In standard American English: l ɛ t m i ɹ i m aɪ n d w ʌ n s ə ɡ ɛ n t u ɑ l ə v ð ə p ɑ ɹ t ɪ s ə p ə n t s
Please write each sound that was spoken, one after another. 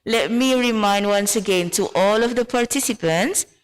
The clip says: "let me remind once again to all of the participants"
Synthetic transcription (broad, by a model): l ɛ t m i ɹ i m aɪ n d w ʌ n s ə ɡ ɛ n t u ɑ l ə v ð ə p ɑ ɹ t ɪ s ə p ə n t s